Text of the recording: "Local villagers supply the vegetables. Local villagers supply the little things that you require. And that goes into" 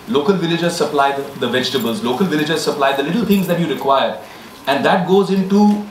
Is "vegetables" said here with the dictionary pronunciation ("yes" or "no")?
yes